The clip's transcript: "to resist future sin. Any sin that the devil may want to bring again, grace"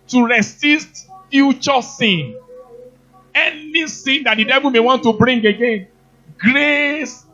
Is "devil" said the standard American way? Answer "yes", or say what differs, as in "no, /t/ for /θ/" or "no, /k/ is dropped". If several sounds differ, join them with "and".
yes